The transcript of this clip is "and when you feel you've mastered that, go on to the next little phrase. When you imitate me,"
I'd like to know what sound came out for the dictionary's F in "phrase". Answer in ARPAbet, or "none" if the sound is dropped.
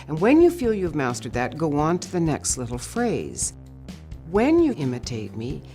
F